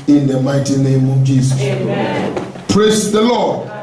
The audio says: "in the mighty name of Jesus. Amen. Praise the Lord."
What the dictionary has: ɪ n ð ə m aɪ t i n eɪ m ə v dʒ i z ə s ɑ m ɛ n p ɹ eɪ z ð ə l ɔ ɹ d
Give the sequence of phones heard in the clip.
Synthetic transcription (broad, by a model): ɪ n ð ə m aɪ t i n eɪ m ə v dʒ i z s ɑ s p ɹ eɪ s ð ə l ɔ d